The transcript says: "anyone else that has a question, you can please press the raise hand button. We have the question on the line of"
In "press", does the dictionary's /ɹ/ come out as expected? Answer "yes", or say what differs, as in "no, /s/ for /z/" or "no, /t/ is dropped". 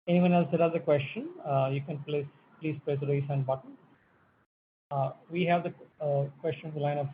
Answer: no, /l/ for /ɹ/